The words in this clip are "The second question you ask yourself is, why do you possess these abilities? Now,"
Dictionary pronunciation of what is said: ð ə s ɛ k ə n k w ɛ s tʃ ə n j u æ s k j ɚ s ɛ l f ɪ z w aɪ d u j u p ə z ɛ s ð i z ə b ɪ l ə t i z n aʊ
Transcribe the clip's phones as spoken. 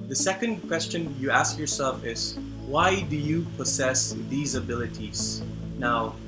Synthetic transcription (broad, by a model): ð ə s ɛ k ə n k w ɛ s tʃ ə n j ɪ æ s k j ɚ s ɛ l f ɪ z w aɪ d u j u p ə z ɛ s ð i z ə b ɪ l ə t i z n aʊ